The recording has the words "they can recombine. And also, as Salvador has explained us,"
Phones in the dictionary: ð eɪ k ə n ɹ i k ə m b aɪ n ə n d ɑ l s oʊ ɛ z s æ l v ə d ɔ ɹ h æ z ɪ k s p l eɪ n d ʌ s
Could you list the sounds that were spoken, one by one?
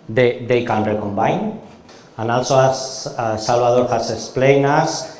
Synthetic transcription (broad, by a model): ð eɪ k ə n ɹ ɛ k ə m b aɪ n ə n ɑ l s oʊ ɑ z s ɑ l b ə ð ɔ ɹ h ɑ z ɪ k s p l eɪ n ʌ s